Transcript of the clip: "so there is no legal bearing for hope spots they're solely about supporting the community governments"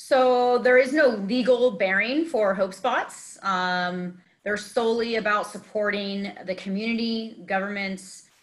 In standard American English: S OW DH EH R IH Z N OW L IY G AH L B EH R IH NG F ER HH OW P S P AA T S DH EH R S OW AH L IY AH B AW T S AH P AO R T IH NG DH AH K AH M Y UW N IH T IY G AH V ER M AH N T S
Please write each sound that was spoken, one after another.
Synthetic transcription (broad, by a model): S OW DH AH R IH Z N OW L IY G L B EH R IH NG F ER HH OW P S P AA T S DH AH R S OW AH L IY AH B AW T S AH P AO R T IH NG DH AH K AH M Y UW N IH T IY G AH V ER M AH N T S